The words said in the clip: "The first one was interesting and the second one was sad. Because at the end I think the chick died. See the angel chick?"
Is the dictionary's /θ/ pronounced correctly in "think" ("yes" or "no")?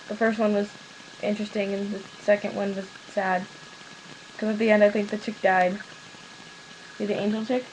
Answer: yes